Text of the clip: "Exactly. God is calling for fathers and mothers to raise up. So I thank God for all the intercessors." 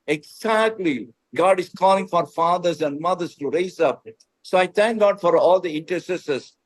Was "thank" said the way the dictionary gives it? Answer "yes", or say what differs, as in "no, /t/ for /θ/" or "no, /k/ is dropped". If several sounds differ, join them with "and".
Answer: no, /t/ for /θ/